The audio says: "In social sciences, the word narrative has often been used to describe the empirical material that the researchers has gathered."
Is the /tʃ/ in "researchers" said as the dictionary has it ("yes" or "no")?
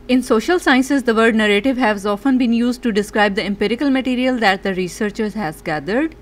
yes